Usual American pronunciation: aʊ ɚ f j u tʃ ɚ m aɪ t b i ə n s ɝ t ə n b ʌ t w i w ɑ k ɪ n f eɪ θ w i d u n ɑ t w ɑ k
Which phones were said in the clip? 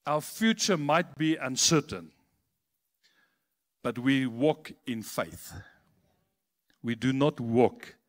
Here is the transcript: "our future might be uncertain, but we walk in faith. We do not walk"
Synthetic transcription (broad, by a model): aʊ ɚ f j u tʃ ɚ m aɪ t b i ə n s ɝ t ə n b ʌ t w i w ɑ k ɪ n f eɪ θ w i d u n ɑ t w ɑ k